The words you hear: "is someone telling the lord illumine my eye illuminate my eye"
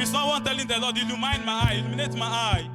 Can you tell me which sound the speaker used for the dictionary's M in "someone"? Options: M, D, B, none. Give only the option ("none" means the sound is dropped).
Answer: none